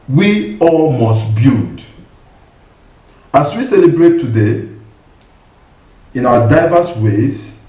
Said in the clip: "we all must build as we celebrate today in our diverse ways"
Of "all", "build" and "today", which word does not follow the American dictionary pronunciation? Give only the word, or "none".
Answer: build